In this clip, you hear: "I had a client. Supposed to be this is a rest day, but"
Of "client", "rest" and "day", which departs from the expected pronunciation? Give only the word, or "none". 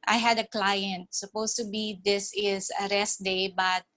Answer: none